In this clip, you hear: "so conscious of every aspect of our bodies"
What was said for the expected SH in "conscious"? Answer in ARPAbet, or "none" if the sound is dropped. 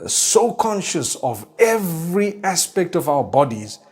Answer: SH